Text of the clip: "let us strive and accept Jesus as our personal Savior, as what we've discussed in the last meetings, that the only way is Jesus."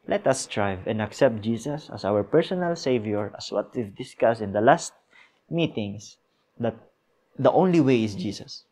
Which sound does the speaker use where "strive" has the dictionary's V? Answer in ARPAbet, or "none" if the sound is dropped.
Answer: V